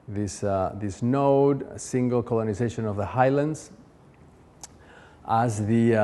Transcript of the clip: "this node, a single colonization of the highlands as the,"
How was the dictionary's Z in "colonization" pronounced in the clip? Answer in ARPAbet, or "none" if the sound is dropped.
Z